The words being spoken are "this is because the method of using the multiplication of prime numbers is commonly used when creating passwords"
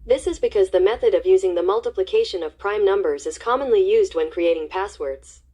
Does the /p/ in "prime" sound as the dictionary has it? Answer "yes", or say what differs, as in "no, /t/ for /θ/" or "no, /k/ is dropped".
yes